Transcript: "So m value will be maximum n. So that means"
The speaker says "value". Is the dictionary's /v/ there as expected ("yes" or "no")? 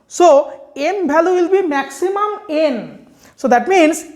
no